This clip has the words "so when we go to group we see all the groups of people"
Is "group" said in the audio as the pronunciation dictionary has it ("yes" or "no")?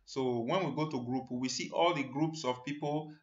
yes